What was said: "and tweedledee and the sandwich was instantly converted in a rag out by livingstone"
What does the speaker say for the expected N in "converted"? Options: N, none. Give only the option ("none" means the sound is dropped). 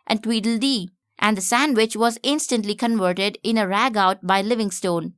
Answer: N